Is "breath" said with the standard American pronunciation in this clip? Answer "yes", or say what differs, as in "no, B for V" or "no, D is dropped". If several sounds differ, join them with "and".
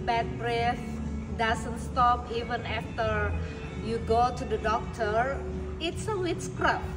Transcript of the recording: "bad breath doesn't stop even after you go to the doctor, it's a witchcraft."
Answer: yes